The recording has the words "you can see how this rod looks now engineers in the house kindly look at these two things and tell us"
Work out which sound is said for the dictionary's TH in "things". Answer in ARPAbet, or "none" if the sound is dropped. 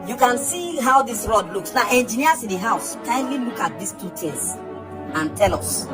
T